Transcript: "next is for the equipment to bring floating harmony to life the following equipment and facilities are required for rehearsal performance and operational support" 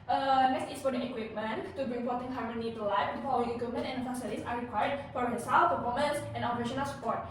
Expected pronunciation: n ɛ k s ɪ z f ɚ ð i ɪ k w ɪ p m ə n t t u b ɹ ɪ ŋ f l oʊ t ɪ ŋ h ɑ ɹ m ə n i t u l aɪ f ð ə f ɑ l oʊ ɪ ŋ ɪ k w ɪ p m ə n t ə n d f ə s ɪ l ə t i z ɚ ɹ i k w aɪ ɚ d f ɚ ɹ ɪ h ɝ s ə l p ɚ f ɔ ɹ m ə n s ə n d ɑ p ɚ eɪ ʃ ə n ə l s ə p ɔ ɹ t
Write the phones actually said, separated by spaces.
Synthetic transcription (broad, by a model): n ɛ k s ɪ s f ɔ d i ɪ k w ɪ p m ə n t t u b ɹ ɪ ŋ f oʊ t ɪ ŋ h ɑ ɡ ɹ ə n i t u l aɪ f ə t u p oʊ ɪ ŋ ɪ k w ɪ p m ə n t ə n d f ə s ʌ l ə s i ɹ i k w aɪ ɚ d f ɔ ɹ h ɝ s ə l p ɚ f ɔ m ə n s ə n ɑ p ɚ eɪ ʃ ə n ə l s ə p ɔ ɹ t